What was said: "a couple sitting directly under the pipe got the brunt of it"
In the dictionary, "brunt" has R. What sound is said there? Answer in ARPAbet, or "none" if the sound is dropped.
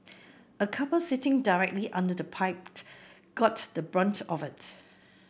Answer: R